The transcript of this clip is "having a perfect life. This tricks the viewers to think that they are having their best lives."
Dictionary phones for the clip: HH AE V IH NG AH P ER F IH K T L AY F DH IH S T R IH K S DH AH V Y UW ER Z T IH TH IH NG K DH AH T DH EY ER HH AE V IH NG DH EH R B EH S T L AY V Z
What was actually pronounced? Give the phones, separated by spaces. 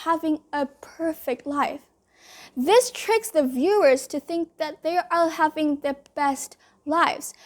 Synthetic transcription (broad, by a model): HH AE V IH NG AH P ER F IH K T L AY F DH IH S T R IH K S DH AH V Y UW ER Z T IH TH IH NG K DH AH T DH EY ER HH AE V IH NG DH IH B EH S T L AY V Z